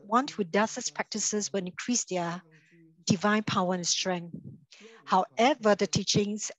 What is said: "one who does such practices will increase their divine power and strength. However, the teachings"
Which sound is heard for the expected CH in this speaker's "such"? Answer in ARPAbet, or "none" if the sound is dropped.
S